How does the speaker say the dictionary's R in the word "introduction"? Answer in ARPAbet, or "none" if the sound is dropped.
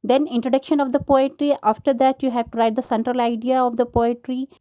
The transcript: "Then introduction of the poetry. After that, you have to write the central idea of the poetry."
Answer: R